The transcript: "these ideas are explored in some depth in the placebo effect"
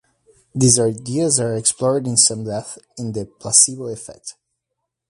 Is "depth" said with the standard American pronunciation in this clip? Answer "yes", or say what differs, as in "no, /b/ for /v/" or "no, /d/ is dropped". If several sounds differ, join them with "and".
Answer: no, /p/ is dropped